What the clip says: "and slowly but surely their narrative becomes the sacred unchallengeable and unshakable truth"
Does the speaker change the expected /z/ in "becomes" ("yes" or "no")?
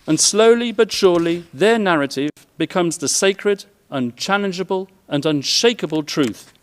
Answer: no